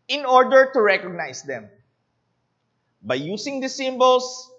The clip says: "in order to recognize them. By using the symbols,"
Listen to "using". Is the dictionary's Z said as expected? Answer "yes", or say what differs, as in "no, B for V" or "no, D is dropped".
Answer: no, S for Z